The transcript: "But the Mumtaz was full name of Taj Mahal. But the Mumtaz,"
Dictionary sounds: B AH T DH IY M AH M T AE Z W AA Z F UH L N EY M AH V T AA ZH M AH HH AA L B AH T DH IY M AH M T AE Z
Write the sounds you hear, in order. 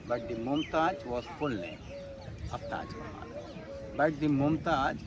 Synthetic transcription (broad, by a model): B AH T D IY M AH M T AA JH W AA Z F UH L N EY AH F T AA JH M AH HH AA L B AH T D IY M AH M T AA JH